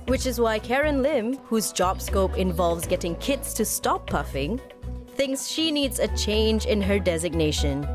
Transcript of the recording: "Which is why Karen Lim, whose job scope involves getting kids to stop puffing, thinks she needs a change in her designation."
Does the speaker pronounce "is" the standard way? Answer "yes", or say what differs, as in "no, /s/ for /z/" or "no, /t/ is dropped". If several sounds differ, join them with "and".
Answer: yes